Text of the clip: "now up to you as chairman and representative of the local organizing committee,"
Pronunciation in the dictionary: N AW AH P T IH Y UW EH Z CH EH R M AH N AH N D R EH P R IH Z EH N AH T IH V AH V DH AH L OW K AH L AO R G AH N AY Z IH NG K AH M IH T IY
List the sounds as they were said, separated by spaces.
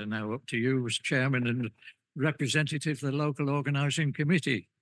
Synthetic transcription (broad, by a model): N AW AH P T IH Y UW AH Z CH EH R M AH N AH N R EH P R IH Z EH N T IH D AH V DH AH L OW K AH L AO R G AH N AY Z IH NG K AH M IH T IY